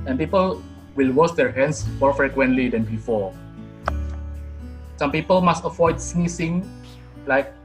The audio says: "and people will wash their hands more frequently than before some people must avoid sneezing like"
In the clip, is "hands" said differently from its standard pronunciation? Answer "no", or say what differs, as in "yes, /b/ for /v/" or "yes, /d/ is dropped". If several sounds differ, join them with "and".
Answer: yes, /s/ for /z/